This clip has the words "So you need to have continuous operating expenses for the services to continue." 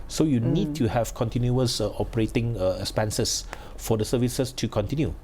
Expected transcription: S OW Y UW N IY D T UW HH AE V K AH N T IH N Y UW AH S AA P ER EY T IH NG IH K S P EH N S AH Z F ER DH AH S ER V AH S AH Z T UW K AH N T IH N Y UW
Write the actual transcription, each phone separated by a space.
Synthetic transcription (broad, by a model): S OW Y UW N IY D T UW HH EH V K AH N T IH N Y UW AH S AA P ER EY T IH NG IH K S P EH N S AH S F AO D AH S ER V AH S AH S T UW K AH N T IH N Y UW